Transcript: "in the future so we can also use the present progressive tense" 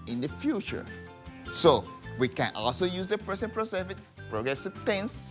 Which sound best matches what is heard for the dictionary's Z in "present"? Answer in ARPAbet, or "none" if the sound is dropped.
S